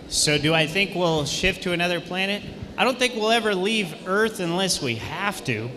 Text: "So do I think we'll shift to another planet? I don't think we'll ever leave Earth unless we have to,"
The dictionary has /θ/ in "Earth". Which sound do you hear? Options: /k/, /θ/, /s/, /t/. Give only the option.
/θ/